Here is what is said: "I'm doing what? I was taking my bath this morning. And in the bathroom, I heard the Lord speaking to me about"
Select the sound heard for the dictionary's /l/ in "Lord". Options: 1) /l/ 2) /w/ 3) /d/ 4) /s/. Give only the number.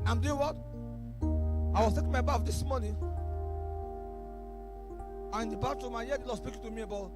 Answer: 2